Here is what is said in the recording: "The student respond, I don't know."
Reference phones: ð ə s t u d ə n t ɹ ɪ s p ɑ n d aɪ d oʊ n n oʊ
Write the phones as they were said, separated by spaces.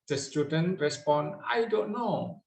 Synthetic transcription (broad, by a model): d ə s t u d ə n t ɹ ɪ s p ɑ n aɪ d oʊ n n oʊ